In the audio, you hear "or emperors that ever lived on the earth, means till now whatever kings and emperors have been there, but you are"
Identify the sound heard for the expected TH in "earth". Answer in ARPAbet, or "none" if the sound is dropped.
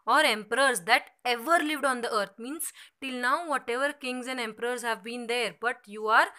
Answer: T